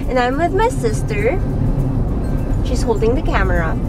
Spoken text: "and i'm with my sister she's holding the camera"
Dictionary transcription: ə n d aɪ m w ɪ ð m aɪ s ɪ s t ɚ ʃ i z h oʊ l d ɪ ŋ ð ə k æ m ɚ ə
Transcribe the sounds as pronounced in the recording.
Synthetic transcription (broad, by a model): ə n aɪ m w ɪ ð m aɪ s ɪ s t ɚ ʃ i z h oʊ l d ɪ ŋ ð ə k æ m ɚ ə